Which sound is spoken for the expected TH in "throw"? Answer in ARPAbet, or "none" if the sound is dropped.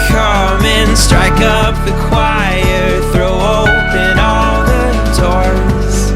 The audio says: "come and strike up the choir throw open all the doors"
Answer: TH